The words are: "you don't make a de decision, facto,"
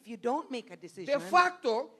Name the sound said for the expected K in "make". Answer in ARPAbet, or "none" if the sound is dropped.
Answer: none